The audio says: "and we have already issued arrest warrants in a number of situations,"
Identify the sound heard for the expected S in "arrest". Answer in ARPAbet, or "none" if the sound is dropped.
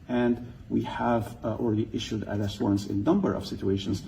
none